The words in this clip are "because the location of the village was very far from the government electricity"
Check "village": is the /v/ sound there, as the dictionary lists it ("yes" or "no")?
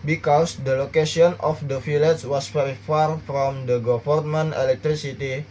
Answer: no